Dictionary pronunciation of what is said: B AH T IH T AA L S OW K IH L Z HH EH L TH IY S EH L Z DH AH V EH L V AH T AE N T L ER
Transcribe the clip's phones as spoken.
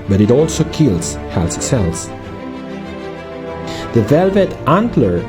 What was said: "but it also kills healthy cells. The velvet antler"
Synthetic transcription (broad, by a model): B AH T IH T AA L S OW K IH L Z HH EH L S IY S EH L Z DH AH V EH L V AH T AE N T L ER